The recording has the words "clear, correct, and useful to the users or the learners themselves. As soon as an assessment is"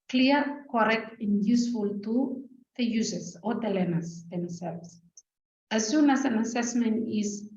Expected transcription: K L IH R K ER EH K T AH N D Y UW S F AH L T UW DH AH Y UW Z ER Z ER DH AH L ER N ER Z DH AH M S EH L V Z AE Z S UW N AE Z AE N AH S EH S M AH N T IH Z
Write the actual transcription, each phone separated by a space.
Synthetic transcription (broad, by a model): K L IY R K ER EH K T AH N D Y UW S F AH L T UW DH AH Y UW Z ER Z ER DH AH L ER N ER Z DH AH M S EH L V S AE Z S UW N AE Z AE N AH S EH S M AH N T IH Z